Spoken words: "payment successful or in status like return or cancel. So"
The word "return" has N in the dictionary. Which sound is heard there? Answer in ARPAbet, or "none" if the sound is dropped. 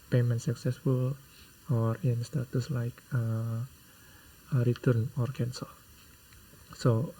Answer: N